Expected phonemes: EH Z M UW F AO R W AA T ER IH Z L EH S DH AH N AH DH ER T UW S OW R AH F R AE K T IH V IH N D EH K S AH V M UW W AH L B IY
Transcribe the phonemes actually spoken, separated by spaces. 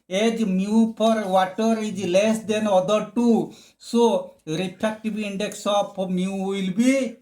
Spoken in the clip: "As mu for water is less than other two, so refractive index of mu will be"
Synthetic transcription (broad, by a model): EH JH M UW P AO R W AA T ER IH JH L EH S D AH N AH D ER T UW S OW R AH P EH K T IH B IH N D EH K S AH P M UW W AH L B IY